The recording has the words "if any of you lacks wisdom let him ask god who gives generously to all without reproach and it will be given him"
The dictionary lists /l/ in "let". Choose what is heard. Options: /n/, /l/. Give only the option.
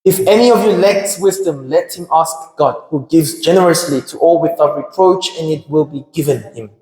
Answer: /l/